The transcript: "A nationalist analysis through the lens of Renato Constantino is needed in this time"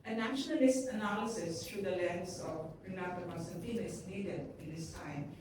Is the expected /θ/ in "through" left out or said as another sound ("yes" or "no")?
yes